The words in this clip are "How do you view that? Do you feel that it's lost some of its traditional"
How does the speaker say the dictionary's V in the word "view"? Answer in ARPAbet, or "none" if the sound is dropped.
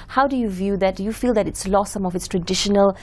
V